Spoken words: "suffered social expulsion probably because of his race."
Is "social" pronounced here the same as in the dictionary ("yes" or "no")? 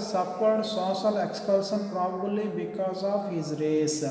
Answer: no